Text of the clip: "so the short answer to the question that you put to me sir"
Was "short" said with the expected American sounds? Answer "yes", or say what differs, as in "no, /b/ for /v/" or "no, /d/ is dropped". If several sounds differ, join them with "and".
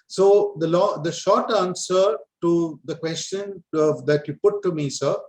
yes